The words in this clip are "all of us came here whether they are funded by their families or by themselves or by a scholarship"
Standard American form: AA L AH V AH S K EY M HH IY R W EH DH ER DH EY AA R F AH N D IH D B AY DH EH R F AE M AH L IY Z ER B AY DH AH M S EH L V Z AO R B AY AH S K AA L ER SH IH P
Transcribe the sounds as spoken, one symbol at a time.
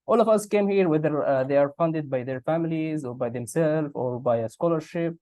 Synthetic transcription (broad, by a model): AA L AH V AH S K EY M HH IY R W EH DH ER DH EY AA R F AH N D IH D B AY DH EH R F AE M AH L IY Z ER B AY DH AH M S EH L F AO R B AY AH S K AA L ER SH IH P